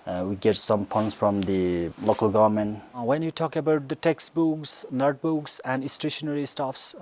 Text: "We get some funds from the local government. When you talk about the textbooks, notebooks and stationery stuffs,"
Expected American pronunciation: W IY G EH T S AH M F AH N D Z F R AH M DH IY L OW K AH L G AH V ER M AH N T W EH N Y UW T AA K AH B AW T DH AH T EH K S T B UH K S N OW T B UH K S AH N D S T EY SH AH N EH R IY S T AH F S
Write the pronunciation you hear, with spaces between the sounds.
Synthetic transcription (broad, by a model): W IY G EH T S AH M P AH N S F R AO M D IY L OW K AH L G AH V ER M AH N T W EH N Y UW T AA K AH B AW T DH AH T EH K S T B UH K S N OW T B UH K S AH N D S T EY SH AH N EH R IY S T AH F S